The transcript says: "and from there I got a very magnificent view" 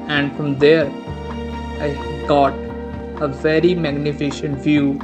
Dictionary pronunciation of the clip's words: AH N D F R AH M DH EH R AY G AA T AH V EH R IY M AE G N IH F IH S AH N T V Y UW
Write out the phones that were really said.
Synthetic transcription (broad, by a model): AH N D F R AH M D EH R AY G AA T AH V EH R IY M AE G N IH F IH SH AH N T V Y UW